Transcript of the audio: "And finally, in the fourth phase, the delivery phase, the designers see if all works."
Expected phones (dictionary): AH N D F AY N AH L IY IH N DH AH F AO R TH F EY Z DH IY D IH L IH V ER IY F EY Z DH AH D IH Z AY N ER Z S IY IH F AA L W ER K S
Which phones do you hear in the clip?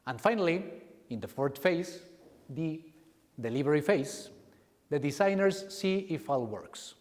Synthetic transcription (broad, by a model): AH N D F AY N AH L IY IH N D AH F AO R T F EY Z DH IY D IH L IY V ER IY F EY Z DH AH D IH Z AY N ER S IY IH F AA L W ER K S